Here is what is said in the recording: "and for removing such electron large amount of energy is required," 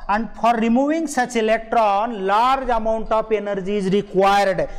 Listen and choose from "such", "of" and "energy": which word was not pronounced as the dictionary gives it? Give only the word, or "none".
of